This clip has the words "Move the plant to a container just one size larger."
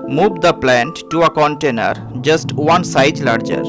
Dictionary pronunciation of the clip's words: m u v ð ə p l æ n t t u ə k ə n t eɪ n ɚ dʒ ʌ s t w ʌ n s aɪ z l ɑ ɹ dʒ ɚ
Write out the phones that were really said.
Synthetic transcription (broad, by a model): m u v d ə p l æ n t t u ə k ə n t eɪ n ɚ dʒ ʌ s t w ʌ n s aɪ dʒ l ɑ ɹ dʒ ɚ